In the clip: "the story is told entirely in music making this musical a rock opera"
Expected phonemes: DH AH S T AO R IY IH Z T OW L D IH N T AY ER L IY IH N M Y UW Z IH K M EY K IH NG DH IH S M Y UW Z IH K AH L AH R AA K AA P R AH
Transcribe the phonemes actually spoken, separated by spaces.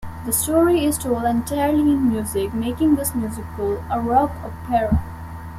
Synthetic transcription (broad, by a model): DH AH S T AO R IY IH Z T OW L IH N T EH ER L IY IH N M Y UW Z IH K M EY K IH NG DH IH S M Y UW Z IH K AH L AH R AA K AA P R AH